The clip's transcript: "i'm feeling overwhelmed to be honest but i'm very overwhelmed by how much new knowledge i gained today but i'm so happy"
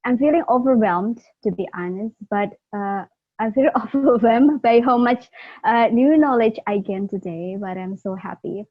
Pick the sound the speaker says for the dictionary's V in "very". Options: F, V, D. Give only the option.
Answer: F